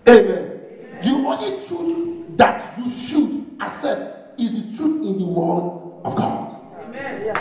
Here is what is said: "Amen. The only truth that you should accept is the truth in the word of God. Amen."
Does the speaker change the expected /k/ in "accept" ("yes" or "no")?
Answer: yes